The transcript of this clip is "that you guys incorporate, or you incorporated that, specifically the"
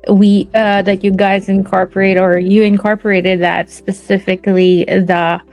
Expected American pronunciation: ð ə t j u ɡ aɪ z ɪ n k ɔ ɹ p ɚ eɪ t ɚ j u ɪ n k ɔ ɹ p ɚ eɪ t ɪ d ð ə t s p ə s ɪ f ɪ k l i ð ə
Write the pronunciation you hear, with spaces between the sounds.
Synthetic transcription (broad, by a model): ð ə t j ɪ ɡ aɪ z ɪ n k ɔ ɹ p ɚ eɪ t ɚ j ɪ ɪ n k ɔ ɹ p ɚ eɪ t ɪ d ð ə t s p ə s ɪ f ɪ k l i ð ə